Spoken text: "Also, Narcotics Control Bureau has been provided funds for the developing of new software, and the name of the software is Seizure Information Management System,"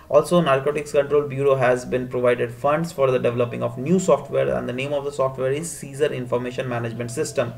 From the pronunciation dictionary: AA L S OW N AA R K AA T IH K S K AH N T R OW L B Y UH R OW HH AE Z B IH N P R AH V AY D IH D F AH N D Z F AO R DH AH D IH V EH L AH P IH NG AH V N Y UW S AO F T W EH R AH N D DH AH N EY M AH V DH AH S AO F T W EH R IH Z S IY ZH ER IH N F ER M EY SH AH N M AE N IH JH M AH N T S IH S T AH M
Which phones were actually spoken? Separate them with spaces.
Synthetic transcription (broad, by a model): AA L S OW N AA R K AA T IH K S K AH N T R OW L B Y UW R OW HH AE Z B IH N P R AH V AY D IH D F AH N D S F AO R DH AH D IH V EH L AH P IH NG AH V N Y UW S AO F T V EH R AH N D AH N EY M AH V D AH S AO F T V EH R IH Z S IY Z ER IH N F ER M EY SH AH N M AE N IH JH M AH N T S IH S T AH M